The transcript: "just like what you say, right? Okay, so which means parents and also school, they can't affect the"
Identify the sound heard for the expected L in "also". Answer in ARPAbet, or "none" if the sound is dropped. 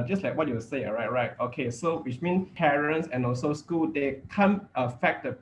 L